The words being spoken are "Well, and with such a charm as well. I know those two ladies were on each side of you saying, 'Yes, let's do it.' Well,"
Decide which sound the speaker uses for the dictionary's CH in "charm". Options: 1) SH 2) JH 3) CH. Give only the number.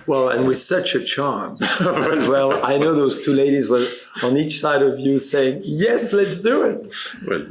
3